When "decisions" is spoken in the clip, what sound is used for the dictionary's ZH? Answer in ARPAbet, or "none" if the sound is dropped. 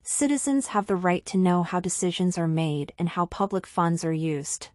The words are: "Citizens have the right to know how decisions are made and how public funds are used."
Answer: ZH